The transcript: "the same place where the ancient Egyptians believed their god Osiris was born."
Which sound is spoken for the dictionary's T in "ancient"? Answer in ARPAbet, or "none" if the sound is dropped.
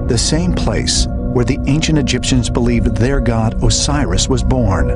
T